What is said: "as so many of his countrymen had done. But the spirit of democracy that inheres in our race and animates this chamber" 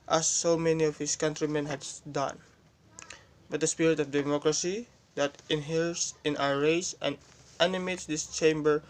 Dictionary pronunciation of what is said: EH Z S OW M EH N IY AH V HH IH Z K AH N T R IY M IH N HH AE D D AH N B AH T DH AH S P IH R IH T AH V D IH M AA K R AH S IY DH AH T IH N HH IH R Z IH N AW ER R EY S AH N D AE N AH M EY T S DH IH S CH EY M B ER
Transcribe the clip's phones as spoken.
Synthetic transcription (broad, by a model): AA S OW M EH N IY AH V HH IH S K AH N T R IY M IH N HH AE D D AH N B AH T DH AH S P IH R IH T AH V D IH M AA K R AH S IY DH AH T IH N HH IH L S IH N AW ER R EY S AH N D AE N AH M EY T S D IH S CH EY M B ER